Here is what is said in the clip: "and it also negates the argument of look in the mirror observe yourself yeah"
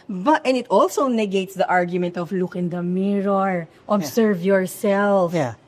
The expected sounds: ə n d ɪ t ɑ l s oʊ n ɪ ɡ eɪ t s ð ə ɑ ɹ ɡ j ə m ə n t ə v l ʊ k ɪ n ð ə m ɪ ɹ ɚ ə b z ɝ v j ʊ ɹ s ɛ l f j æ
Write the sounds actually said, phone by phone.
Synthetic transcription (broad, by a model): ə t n ɪ t ɑ l s oʊ n ɪ ɡ eɪ t s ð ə ɑ ɹ ɡ j ə m ə n t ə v l ʊ k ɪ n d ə m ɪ ɹ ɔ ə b s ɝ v j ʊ ɹ s ɛ l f